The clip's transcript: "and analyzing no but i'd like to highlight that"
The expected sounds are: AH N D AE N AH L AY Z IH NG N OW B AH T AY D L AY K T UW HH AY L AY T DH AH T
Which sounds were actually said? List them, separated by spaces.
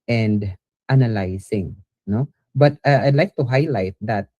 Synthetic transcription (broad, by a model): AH N D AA N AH L AY S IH NG N OW B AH T AY D L AY K T UW HH AY L AY T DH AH T